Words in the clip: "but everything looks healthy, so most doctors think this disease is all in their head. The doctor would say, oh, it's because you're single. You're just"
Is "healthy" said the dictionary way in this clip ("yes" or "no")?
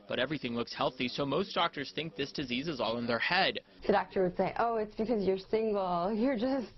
yes